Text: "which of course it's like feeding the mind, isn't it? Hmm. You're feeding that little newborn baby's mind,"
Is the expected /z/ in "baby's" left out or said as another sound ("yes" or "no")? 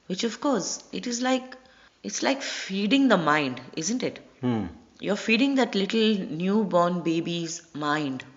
no